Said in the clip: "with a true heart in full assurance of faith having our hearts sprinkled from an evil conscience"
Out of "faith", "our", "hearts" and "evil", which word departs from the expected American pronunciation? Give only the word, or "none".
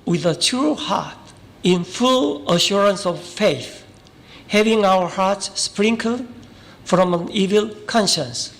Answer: none